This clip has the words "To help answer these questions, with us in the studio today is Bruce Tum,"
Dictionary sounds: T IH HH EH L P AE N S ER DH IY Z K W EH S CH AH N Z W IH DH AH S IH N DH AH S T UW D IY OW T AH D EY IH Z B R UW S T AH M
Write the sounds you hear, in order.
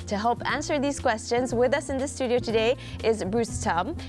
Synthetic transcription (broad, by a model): T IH HH EH L P AE N S ER DH IY Z K W EH S CH AH N Z W IH DH AH S IH N DH AH S T UW D IY OW T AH D EY IH Z B R UW S T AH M